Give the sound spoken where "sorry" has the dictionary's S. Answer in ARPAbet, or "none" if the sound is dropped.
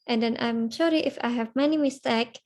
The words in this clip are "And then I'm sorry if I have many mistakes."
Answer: SH